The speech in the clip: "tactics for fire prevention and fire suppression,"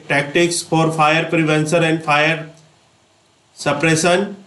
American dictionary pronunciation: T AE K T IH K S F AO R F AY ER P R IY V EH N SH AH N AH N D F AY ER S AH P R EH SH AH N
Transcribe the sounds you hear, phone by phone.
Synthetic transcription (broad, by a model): T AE K T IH K S F AO R F AY ER P R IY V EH N S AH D AH N D F AY ER S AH P R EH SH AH N